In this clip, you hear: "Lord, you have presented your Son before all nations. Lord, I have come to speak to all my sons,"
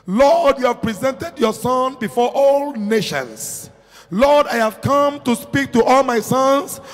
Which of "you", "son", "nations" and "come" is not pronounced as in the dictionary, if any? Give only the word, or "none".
nations